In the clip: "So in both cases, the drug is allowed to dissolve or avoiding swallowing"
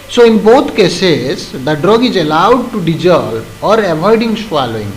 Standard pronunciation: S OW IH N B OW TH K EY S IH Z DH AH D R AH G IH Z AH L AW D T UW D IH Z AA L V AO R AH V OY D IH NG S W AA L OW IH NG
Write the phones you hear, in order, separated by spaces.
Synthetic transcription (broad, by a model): S OW IH N B OW T K EY S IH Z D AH D R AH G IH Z AH L AW D T UW D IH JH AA L AO R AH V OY D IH NG S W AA L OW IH NG